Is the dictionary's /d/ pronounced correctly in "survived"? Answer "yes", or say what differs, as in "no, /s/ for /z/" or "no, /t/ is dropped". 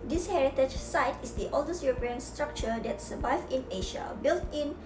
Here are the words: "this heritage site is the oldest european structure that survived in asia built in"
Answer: no, /d/ is dropped